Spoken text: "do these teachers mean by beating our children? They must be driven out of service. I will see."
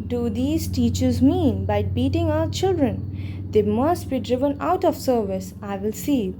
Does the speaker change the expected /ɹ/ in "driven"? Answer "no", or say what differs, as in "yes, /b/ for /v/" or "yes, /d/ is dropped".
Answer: no